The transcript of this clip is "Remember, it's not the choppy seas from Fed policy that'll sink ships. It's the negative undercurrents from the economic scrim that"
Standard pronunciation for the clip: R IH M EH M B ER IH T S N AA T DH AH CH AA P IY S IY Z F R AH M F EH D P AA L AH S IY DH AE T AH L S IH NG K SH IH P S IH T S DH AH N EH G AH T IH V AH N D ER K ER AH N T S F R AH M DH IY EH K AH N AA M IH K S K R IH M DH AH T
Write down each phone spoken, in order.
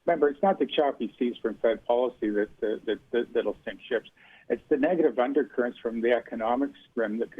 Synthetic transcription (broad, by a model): M EH M B ER IH T S N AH T DH AH CH AA P IY S IY Z F R AH M F EH D P AA L AH S IY DH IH T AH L S IH NG K SH IH P S IH T S DH AH N EH G AH T IH V AH N D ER K ER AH N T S F R AH M DH IY EH K AH N AA M IH K S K R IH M DH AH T